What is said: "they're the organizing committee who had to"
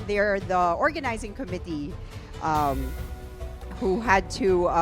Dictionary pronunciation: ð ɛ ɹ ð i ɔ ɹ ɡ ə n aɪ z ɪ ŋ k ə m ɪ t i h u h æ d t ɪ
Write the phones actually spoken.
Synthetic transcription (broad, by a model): ð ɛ ɹ ð i ɔ ɹ ɡ ə n aɪ z ɪ ŋ k ə m ɪ t i h u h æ d t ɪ